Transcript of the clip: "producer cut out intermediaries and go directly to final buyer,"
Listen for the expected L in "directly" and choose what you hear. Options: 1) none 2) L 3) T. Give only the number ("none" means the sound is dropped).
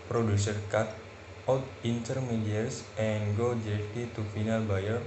1